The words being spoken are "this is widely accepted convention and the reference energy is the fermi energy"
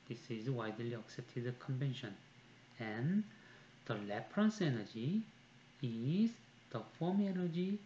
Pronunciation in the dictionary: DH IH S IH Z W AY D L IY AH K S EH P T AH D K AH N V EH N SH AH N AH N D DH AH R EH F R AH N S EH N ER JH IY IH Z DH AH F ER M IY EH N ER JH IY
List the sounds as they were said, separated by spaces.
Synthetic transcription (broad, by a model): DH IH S IH Z W AY D L IY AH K S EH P T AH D K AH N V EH N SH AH N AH N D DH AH L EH P R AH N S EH N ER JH IY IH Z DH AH F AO M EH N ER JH IY